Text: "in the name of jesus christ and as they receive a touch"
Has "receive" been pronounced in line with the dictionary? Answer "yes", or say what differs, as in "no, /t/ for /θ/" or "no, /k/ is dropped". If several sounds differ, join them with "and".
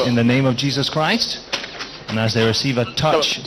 yes